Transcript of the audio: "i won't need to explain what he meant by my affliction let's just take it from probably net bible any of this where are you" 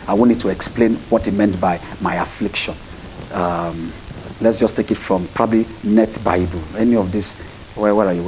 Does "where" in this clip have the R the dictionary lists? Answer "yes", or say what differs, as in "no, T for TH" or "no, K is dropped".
no, W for R